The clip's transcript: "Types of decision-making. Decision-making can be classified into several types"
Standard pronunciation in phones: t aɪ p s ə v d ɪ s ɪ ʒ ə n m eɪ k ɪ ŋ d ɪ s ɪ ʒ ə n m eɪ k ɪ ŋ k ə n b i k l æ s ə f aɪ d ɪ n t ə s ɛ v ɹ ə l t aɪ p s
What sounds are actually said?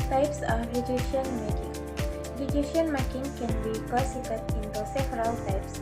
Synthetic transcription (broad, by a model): t aɪ p s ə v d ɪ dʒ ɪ ʃ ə n m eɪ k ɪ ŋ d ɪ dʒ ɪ ʃ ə n m eɪ k ɪ ŋ k ə n b i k ɔ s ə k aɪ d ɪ n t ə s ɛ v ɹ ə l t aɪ p s